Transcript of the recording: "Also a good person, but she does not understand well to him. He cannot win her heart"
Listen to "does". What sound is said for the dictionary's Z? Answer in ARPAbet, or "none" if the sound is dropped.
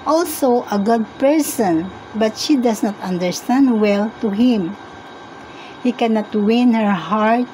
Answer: S